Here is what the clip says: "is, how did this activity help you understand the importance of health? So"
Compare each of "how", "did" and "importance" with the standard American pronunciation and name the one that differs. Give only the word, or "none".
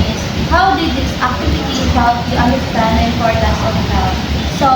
importance